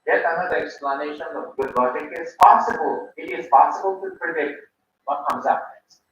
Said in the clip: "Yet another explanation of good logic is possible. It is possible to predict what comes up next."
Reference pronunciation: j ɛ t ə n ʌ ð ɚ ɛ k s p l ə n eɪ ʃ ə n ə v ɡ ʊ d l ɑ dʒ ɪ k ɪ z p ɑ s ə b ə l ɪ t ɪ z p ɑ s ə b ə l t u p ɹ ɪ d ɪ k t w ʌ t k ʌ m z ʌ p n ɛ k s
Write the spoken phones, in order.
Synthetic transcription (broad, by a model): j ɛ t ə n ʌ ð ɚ ɛ k s p l ə n eɪ ʃ ə n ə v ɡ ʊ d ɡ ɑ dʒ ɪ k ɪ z p ɑ s ə b ə l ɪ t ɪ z p ɑ s ə b ə l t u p ɪ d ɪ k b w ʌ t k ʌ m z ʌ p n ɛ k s